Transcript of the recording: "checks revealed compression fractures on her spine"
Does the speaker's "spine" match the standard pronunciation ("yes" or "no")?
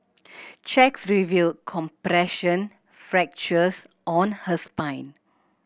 yes